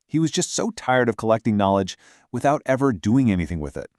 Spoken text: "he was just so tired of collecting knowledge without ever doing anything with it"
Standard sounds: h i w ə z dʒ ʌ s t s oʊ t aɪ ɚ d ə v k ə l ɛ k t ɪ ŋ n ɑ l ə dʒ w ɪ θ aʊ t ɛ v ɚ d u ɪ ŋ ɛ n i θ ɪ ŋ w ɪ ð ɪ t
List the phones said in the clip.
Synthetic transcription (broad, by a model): h i w ə z dʒ ʌ s t s oʊ t aɪ ɚ d ə v k ə l ɛ k t ɪ ŋ n ɑ l ə dʒ w ɪ θ aʊ t ɛ v ɚ d u ɪ ŋ ɛ n i θ ɪ ŋ w ɪ ð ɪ t